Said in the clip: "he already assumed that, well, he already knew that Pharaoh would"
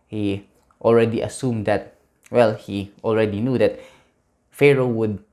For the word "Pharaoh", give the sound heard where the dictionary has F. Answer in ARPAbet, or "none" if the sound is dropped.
F